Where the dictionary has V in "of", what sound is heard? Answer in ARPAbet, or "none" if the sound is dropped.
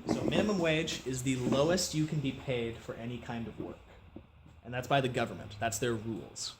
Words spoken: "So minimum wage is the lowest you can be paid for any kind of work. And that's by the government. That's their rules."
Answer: V